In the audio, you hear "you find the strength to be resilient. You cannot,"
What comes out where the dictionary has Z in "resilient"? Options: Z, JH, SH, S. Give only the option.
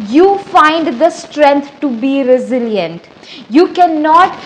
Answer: Z